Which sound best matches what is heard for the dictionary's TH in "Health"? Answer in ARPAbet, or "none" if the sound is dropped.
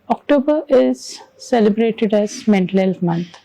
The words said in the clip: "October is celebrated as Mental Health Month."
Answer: F